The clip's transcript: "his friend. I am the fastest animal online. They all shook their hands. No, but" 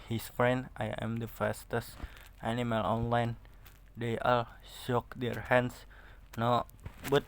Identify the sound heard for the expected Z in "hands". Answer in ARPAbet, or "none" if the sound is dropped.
S